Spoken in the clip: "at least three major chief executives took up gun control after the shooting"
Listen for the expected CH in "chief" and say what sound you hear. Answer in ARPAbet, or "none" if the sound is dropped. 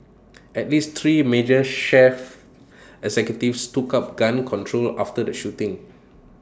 SH